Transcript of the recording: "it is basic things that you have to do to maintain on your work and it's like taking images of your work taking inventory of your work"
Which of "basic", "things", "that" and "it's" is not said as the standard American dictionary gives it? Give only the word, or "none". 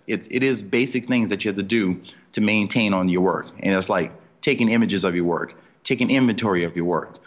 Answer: none